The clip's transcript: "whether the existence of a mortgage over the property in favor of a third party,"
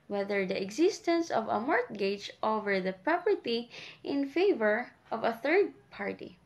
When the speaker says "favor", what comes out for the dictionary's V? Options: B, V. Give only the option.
V